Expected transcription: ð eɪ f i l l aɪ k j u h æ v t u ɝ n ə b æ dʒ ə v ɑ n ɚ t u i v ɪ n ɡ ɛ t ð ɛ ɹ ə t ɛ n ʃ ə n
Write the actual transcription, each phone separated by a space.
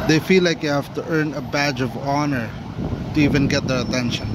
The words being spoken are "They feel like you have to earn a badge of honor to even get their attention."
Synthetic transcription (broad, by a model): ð eɪ f i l l aɪ k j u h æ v t u ɝ n ə b æ dʒ ə v ɑ n ɚ t u i v ɪ n ɡ ɛ t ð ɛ ɹ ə t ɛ n ʃ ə n